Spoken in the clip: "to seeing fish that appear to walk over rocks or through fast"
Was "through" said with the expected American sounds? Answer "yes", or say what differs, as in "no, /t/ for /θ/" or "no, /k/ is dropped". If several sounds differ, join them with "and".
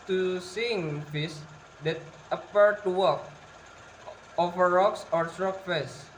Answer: no, /s/ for /θ/